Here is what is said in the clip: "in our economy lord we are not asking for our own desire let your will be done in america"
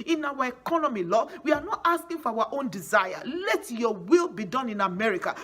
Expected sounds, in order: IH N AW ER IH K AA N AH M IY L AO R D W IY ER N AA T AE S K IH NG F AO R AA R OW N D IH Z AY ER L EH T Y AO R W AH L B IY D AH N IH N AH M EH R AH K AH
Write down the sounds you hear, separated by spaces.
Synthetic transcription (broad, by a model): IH N AW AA IH K AA N AH M IY L AO W IY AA N AA T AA S K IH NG F AO W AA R OW N D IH Z AY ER L EH T Y AO W AH L B IY D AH N IH N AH M EH R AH K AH